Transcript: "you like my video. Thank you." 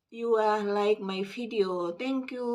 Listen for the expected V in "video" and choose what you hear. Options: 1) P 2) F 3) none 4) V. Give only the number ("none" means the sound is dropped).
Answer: 2